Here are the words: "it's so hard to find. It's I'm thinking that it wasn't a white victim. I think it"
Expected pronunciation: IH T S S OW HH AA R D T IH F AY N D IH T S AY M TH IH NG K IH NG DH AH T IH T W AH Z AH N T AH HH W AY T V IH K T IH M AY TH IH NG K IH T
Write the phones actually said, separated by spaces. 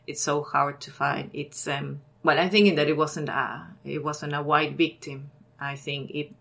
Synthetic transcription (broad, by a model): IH T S S OW HH AA R D T IH F AY N D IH T S AY M TH IH NG K IH NG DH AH T IH T W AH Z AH N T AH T W AY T V IH K T IH M AY TH IH NG K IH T